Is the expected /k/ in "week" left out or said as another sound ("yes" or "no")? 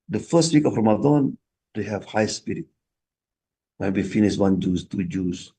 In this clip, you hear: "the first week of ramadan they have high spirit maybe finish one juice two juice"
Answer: no